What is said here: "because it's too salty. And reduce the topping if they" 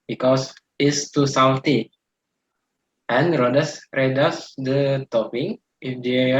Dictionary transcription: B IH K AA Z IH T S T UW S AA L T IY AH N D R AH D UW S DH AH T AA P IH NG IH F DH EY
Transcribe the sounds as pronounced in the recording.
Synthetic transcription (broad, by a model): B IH K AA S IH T S T UW S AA W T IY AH N D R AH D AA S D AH T AA P IH NG IH F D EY